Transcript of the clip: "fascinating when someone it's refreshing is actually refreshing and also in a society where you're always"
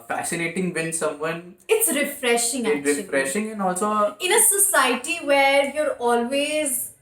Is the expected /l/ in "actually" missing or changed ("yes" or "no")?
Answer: yes